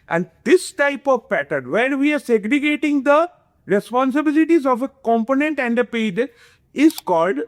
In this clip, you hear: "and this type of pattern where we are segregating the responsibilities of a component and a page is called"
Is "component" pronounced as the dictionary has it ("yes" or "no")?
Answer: yes